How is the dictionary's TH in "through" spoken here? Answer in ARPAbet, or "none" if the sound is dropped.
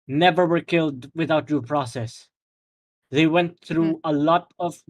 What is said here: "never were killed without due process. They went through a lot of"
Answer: TH